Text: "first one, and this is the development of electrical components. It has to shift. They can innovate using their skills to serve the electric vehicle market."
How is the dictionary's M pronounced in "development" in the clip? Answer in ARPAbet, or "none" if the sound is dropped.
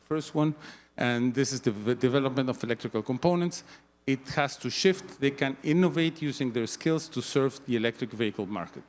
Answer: M